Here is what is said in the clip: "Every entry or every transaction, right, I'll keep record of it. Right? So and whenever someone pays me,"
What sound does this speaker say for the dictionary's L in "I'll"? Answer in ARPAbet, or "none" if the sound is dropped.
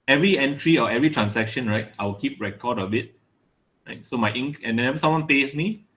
W